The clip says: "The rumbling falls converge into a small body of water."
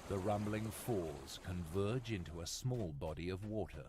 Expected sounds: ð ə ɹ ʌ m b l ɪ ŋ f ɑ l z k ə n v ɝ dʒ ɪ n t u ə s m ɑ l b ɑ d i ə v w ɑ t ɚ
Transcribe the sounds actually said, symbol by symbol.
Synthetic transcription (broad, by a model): ð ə ɹ ʌ m b l ɪ ŋ f ɑ z k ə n v ɝ dʒ ɪ n t u ə s m ɑ l b ɑ d i ə v w ɑ t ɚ